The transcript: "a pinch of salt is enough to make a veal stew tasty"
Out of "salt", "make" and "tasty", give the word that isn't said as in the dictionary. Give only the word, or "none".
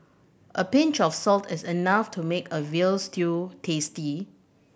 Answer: none